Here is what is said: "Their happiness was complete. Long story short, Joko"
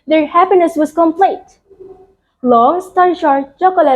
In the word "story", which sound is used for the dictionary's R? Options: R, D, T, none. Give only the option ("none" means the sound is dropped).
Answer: none